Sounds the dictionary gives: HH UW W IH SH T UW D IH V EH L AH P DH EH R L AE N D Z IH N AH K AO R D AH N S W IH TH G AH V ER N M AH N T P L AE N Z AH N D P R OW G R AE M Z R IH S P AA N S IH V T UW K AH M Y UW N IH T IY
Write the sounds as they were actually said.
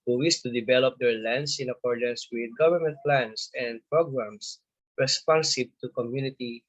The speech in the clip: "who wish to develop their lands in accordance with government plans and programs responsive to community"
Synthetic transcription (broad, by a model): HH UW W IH S T UW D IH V EH L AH P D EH R L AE N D S IH N AH K AO R D AH N S W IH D G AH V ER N M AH N T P L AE N S AH N D P R OW G R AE M S R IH S P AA N S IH B T UW K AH M Y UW N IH T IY